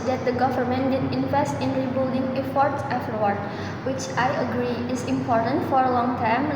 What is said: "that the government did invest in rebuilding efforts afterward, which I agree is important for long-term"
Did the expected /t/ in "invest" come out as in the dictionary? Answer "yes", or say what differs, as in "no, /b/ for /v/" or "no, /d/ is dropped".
yes